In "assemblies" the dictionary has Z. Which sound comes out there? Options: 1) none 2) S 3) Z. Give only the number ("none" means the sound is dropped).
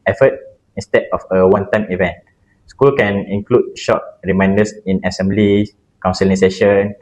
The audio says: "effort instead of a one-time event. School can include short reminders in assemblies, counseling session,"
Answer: 1